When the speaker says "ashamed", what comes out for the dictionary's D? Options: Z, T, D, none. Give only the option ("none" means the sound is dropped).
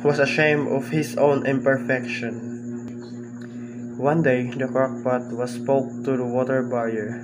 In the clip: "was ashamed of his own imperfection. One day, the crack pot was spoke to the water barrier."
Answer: none